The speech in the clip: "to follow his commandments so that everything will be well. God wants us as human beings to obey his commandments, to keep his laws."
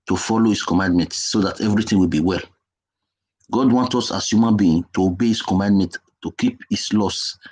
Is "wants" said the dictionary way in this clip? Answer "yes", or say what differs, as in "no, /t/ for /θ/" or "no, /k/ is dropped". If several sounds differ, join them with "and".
no, /s/ is dropped